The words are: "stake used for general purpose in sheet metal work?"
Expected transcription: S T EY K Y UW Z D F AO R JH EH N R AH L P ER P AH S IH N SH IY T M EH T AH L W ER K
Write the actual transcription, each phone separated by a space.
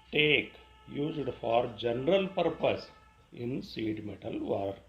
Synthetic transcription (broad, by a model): T EY K Y UW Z D F AO R JH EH N R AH L P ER P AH S IH N S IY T M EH T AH L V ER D